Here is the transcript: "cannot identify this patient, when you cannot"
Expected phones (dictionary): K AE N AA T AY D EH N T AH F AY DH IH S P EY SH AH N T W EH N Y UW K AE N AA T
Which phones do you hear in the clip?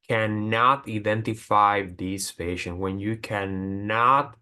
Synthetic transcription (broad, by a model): K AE N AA T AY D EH N T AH F AY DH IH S F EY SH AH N W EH N Y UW K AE N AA T